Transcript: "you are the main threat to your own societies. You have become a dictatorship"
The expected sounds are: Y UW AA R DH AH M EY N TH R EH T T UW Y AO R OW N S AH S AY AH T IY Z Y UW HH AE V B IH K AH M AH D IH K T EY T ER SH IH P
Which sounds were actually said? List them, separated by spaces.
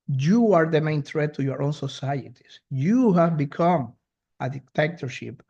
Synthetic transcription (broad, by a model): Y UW AA R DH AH M EY N T R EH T T UW Y AO R OW N S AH S AY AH T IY S Y UW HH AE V B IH K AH M AH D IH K T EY T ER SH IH P